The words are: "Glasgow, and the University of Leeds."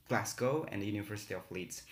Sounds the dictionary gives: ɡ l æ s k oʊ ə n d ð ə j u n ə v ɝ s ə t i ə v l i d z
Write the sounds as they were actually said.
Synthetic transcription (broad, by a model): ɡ l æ s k oʊ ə n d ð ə j u n ə v ɝ s ə t i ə f l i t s